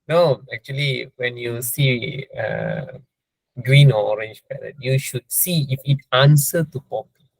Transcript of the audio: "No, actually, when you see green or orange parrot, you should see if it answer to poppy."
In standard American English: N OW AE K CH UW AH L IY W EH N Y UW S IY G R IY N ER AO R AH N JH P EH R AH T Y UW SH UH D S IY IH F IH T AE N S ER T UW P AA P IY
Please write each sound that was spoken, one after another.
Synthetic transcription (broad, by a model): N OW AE K CH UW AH L IY W EH N Y UW S IY G R IY N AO AO R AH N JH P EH L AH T Y UW SH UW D S IY IH F IH T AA N S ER T UW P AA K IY